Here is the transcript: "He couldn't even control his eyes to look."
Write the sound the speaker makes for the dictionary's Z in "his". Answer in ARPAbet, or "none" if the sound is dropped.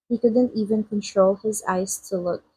Z